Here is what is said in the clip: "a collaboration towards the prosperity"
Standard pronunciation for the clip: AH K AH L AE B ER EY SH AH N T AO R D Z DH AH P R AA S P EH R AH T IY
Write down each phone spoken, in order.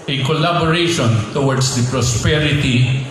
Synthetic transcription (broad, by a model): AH K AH L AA B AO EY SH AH N T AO W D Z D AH P R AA S P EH R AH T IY